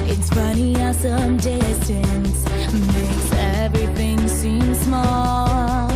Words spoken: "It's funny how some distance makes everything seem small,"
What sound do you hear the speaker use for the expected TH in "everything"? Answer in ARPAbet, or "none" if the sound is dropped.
TH